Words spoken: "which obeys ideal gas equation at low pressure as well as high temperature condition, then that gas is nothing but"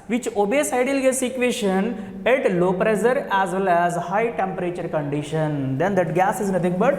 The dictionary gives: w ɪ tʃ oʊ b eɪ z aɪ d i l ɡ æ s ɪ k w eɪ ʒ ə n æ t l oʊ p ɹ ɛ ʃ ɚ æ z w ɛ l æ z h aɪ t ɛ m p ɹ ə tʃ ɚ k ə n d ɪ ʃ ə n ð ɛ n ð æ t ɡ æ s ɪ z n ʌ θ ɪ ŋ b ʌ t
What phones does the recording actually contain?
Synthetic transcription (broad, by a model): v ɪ tʃ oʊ b eɪ s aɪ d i l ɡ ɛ s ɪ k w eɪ ʃ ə n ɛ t l oʊ p ɹ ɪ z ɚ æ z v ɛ l æ z h aɪ t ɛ m p ɹ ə tʃ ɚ k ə n d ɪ ʃ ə n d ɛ n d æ t ɡ æ s ɪ z n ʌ t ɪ ŋ b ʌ t